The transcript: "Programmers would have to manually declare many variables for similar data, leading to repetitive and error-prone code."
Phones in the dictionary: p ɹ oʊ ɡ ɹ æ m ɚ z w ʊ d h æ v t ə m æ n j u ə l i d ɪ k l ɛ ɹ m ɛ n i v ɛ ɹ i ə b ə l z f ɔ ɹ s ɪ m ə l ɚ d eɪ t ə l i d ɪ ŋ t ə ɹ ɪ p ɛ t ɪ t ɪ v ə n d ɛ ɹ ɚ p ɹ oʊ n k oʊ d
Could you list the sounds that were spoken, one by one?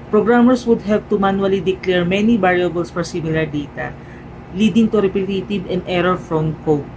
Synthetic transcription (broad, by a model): p ɹ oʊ ɡ ɹ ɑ m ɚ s w ʊ d h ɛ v t ə m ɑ n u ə l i d ɪ k l ɛ ɹ m ɛ n i b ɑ ɹ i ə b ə l s f ɔ ɹ s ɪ m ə l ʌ d eɪ t ə l i d ɪ ŋ t ə ɹ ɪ p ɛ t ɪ t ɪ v ə n d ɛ ɹ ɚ f ɹ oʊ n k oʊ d